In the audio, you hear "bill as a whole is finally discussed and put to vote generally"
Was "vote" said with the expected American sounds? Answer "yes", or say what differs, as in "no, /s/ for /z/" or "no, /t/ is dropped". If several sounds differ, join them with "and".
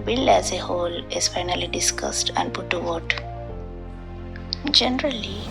no, /w/ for /v/